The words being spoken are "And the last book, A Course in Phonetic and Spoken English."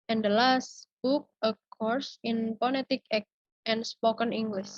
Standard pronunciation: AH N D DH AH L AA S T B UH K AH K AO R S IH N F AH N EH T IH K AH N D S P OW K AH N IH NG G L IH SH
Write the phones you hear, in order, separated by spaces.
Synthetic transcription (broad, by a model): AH N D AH L AA S T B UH K AH K AO R S IH N P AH L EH T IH K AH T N S P OW K AH N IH NG G L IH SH